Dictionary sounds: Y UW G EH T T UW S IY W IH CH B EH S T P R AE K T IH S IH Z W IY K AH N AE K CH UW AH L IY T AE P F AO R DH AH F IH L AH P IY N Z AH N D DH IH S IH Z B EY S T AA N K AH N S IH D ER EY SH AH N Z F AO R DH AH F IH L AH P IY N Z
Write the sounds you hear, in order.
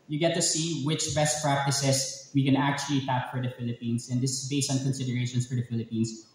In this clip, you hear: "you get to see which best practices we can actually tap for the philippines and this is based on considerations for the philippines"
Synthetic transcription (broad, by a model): Y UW G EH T T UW S IY W IH CH B EH S T P R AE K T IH S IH S W IY K AH N AE K CH UW AH L IY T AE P F AO R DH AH F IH L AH P IY N S AH N D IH S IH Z B EY S T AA N K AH N S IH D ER EY SH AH N S F AO R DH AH F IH L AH P IY N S